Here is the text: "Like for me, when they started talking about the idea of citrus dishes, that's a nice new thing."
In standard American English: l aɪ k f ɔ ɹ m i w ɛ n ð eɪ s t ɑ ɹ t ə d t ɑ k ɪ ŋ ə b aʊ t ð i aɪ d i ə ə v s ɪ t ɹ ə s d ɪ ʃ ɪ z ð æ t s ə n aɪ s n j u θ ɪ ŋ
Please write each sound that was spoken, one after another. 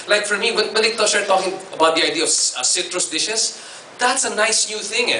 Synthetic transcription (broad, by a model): l aɪ k f ɔ ɹ m i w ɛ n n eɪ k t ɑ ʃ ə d t ɑ k ɪ ŋ ə b aʊ t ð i aɪ d i ə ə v s ɪ t ɹ ə s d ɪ ʃ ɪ s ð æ t s ə n aɪ s n j u θ ɪ ŋ